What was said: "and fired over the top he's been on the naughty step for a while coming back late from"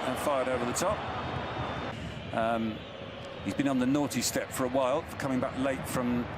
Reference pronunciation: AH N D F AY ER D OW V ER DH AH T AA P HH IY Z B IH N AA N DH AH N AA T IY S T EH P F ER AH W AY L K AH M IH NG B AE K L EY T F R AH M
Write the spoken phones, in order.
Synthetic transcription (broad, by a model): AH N F AY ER D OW V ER DH AH T AA P HH IY Z B IH N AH N DH AH N AA T IY S T EH P F ER AH W AY L K AH M IH NG B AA K L EY T F R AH M